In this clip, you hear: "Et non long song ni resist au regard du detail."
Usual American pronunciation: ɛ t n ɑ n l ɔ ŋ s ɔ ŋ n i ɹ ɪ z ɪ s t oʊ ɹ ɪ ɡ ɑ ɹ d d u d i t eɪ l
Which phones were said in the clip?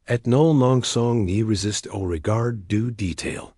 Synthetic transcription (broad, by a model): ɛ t n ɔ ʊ l ɔ ŋ s ɔ ŋ n i ɹ ɪ z ɪ s t oʊ ɹ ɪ ɡ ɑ ɹ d d u d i t eɪ l